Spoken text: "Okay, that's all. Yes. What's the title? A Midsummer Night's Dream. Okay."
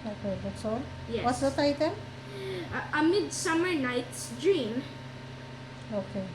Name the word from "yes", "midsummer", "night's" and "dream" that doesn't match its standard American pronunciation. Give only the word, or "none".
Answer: yes